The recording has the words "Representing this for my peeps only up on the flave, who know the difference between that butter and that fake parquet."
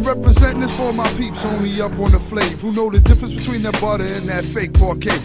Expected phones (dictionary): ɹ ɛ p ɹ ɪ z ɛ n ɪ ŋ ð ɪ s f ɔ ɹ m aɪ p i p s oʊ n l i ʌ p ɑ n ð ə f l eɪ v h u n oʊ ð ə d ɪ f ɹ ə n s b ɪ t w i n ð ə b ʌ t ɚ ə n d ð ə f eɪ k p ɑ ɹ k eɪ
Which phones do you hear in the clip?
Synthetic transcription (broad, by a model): ɹ ɛ p ɹ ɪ z ɛ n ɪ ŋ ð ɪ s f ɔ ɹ m aɪ p i p s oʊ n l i ʌ p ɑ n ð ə f l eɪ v h u n oʊ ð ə d ɪ f ɹ ə n s b ɪ t w i n ð ə b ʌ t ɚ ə n ð ə f eɪ k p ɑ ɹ k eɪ